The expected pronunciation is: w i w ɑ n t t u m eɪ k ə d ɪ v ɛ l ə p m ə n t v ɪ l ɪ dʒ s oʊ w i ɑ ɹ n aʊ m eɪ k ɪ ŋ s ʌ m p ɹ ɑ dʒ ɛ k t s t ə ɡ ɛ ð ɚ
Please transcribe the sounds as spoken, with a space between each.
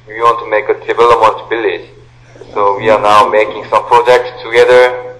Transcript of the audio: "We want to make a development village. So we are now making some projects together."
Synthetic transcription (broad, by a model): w i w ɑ n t t u m eɪ k ə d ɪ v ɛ l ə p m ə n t b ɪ l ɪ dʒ s oʊ w i ɑ ɹ n aʊ m eɪ k ɪ ŋ s ʌ m p ɹ ɑ dʒ ɛ k t s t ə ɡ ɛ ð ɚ